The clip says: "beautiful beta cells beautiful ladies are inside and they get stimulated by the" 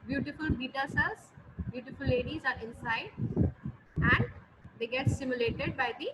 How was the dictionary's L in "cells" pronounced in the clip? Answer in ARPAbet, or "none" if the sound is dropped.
none